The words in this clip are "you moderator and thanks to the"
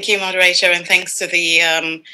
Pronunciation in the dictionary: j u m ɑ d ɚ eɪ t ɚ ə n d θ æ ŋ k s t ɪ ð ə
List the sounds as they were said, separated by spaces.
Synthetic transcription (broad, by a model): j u m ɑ d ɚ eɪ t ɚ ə n θ æ ŋ k s t ɪ ð ə